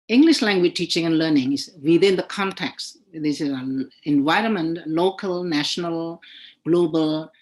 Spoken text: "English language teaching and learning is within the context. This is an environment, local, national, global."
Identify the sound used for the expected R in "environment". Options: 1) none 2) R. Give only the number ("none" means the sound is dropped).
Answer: 2